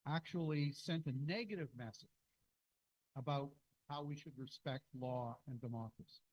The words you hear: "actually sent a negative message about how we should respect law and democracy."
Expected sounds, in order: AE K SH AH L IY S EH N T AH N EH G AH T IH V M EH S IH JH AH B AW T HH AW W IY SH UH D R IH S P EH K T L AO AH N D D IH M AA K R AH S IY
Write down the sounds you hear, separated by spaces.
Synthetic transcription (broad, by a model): AE K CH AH L IY S EH N T AH N EH G AH T IH V M EH S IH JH AH B AW T HH AW W IY SH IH D R IH S P EH K T L AO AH N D D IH M AA K R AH S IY